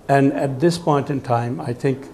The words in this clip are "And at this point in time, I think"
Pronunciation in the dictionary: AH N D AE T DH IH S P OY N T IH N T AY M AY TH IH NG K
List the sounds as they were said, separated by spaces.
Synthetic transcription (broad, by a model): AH N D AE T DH IH S P OY N T IH N T AY M AY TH IH NG K